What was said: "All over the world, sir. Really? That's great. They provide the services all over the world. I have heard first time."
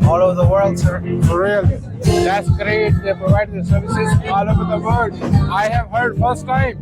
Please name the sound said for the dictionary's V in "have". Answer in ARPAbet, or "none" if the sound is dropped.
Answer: V